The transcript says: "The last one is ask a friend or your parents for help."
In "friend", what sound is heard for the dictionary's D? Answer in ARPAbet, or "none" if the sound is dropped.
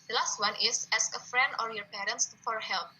D